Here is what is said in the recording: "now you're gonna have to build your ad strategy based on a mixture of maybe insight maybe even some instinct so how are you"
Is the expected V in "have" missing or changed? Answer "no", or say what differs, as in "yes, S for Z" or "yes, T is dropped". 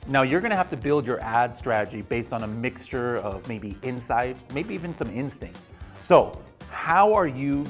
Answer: yes, F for V